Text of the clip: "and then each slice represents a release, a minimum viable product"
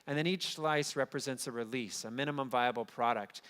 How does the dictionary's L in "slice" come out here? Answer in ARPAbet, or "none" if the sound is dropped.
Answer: L